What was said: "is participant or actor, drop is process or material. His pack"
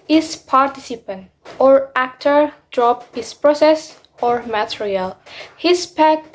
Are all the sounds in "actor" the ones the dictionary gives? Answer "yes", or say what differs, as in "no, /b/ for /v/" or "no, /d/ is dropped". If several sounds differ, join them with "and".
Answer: yes